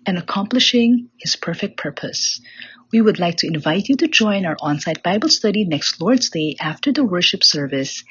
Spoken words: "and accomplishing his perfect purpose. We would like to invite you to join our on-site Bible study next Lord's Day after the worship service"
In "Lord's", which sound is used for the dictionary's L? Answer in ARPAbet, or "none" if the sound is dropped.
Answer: L